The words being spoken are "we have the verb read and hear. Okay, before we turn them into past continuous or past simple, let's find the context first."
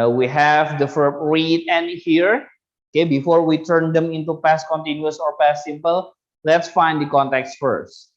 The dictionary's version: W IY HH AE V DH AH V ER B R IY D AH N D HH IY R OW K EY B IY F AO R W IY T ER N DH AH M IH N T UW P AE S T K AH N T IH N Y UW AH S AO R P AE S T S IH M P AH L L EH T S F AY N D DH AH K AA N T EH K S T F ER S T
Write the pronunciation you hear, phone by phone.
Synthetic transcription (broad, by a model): W IY HH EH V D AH F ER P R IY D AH N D HH IY R OW K EY B IY F AO R W IY T ER N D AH M IH N T UW P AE S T K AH N T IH N Y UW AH S AO R P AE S S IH M P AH L L EH T S F AY N D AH K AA N T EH K S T F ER S T